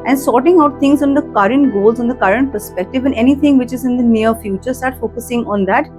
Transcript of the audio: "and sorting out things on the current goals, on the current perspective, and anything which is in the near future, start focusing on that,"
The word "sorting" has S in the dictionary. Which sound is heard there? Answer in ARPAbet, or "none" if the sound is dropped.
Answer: S